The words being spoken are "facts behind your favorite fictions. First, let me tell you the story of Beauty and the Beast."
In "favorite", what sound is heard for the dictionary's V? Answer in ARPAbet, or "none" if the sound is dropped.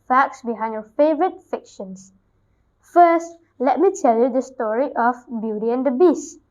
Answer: V